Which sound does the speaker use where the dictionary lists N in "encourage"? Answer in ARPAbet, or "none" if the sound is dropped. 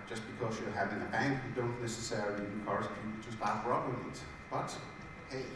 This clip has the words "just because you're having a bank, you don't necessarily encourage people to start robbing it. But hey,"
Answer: none